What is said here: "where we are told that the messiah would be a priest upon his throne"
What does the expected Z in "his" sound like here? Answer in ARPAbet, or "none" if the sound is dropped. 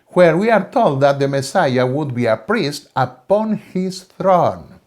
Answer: S